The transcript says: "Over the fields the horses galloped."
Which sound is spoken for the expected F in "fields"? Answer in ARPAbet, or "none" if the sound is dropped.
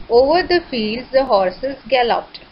F